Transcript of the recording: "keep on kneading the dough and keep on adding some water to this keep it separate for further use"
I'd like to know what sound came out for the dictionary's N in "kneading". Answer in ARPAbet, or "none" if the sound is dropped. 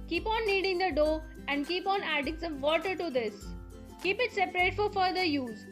L